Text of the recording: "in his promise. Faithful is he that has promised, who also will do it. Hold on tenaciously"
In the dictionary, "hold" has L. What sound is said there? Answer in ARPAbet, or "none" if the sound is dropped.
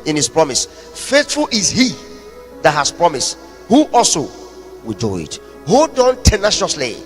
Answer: none